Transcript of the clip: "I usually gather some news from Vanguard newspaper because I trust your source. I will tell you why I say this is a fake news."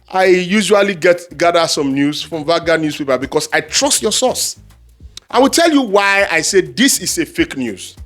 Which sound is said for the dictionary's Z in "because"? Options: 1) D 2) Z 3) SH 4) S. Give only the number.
4